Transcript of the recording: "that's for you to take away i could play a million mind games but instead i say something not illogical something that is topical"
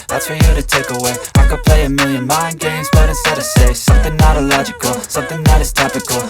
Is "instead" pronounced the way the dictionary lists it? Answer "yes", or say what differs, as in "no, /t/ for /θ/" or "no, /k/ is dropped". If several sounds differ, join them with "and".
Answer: no, /n/ is dropped